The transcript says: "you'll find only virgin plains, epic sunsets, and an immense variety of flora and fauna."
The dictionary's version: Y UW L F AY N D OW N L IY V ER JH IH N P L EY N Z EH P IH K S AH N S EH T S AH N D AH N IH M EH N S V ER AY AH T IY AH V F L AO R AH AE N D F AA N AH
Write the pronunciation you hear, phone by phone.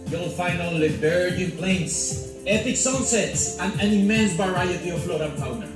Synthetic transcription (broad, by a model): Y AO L F AY N OW L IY B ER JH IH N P L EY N S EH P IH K S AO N S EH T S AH N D AH N IH M EH N S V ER AY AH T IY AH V F L AO R AH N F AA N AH